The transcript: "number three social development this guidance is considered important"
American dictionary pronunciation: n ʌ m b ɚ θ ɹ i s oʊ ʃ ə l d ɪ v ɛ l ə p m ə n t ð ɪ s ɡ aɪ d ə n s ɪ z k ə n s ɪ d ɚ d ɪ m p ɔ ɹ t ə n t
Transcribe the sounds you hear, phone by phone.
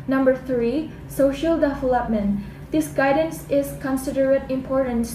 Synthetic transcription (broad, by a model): n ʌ m b ɚ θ ɹ i s oʊ ʃ ə l d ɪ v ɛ l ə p m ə n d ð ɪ s ɡ aɪ d ə n s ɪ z k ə n s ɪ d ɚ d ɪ m p ɔ ɹ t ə n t